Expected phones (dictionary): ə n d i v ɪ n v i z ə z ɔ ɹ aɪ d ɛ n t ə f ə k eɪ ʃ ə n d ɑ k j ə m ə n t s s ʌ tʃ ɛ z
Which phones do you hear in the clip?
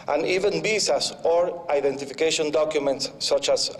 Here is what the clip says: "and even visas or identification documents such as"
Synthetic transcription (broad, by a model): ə n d i v ɪ n b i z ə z ɔ ɹ aɪ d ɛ n t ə f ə k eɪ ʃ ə n d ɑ k j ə m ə n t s s ʌ tʃ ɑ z